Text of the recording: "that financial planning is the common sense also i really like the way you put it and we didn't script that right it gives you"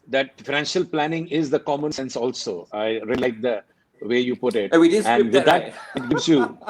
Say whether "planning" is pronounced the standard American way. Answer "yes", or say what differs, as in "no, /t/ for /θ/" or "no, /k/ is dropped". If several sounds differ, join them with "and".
yes